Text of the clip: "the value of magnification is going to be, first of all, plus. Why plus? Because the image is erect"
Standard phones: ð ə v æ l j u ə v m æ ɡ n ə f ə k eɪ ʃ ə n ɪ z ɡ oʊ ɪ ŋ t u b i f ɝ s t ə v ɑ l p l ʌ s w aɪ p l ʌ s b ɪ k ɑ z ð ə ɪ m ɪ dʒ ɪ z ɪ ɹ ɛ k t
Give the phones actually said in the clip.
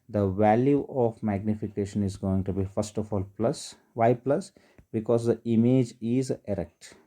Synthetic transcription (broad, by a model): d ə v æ l j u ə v m æ ɡ n ə f ə k eɪ ʃ ə n ɪ z ɡ oʊ ɪ ŋ t u b i f ɝ s t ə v ɑ l p l ʌ s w aɪ p l ʌ s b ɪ k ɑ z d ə ɪ m ɪ dʒ ɪ z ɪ ɹ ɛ k t